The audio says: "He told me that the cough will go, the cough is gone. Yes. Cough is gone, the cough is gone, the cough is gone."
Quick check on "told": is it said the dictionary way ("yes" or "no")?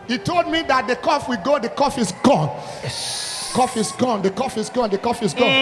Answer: yes